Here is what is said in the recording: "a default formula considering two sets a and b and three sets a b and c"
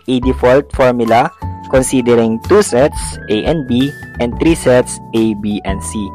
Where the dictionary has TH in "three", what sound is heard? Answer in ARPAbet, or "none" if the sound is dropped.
T